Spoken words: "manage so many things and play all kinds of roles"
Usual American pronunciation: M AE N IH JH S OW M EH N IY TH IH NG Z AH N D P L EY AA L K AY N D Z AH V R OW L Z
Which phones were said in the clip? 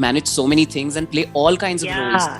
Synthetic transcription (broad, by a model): M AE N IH JH S OW M EH N IY T IH NG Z AH N D P L EY AA L K AY N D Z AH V R OW L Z